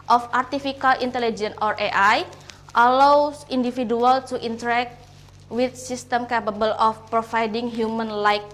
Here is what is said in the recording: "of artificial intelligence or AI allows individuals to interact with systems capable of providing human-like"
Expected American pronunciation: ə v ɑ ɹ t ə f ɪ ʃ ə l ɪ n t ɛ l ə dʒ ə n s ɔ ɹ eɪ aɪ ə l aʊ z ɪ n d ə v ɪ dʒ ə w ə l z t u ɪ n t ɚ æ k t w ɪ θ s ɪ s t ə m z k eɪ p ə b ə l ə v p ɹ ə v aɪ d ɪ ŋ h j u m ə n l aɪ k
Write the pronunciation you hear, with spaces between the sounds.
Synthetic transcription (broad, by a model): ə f ɑ ɹ t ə f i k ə l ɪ n t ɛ l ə dʒ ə n ɔ ɹ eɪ aɪ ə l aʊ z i n d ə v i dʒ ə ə l t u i n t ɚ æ k t w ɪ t s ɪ s t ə m k eɪ p ə b ə l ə f p ɹ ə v aɪ d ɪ ŋ h j u m ə n l aɪ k